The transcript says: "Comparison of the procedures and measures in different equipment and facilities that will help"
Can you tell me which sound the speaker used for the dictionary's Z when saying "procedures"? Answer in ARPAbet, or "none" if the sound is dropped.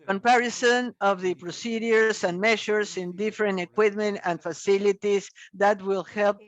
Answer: S